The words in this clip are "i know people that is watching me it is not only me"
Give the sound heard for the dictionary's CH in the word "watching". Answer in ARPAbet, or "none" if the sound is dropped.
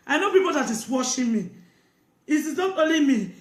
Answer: SH